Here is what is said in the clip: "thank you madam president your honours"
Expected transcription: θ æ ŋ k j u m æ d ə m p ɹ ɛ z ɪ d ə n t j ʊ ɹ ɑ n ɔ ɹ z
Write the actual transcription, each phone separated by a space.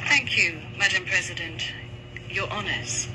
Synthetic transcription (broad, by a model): θ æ ŋ k j u m æ d ə m p ɹ ɛ z ɪ d ə n t j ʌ ɹ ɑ n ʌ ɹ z